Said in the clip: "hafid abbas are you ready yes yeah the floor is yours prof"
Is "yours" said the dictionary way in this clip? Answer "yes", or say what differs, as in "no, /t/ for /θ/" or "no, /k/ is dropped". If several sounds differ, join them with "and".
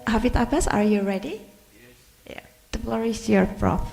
no, /z/ is dropped